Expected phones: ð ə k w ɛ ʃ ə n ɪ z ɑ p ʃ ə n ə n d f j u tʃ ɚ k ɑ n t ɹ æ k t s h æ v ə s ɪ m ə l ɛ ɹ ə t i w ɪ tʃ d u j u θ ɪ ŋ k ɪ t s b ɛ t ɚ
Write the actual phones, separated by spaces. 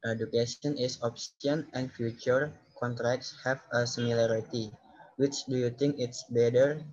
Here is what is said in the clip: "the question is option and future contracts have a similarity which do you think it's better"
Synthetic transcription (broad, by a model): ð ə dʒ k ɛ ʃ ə n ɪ s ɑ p s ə n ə n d f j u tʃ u k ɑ n t ɹ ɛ k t s h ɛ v ə s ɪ m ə l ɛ ɹ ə t i w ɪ tʃ d u j u t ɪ ŋ k ɪ t s b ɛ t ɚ